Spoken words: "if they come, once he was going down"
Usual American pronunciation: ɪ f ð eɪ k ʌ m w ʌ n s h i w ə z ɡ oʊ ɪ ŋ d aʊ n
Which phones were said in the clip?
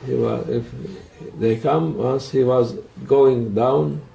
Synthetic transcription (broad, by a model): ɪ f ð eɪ k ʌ m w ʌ n s h i w ə z ɡ oʊ ɪ ŋ d aʊ n